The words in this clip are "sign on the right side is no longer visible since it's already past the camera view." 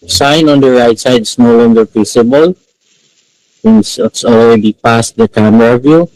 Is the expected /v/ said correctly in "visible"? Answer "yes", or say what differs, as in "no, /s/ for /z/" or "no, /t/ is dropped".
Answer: no, /p/ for /v/